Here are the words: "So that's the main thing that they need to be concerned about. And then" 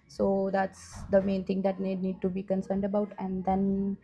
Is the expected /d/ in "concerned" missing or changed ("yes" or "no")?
no